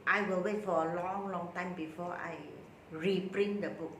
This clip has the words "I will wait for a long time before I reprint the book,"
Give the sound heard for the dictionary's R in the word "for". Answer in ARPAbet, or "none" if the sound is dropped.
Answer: L